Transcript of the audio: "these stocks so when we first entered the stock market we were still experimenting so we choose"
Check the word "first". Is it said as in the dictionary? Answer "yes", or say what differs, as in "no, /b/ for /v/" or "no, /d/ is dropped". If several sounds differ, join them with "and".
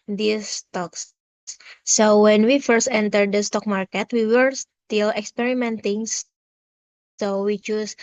yes